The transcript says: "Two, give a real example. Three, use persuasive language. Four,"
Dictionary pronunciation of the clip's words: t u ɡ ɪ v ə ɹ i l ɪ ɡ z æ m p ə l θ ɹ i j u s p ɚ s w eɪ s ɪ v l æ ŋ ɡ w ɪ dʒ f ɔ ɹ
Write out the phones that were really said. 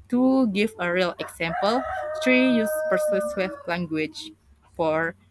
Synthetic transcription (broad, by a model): t u ɡ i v ə ɹ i l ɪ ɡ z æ m p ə l t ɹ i j u s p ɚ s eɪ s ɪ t l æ ŋ ɡ w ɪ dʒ f ɔ ɹ